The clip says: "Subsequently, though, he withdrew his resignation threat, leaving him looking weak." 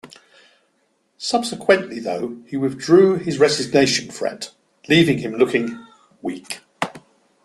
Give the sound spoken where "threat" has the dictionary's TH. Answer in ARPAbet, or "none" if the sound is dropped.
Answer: F